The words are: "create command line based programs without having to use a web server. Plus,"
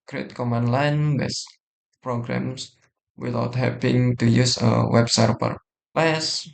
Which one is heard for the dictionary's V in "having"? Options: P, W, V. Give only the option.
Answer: P